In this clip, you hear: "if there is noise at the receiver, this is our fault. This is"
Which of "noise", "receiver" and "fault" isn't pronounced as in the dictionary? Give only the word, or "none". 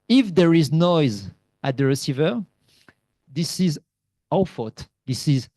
fault